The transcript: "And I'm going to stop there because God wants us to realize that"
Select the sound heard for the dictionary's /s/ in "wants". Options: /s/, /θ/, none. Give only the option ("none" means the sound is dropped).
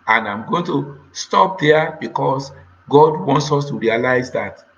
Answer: /s/